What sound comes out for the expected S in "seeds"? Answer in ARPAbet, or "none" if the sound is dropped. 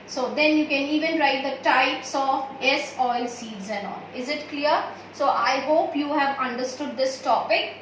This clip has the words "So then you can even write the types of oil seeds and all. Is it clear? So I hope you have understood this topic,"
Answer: S